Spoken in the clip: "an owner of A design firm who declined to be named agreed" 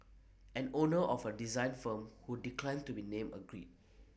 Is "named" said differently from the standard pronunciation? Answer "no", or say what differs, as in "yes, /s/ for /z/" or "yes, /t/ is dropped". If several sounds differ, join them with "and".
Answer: yes, /d/ is dropped